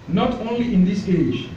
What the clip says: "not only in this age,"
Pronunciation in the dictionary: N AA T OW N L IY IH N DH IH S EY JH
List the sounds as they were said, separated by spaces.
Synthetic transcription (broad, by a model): N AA T OW N L IY IH N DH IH S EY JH